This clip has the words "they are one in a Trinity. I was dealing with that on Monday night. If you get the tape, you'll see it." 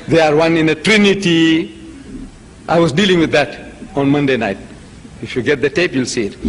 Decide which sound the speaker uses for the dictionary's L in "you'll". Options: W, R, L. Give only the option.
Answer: L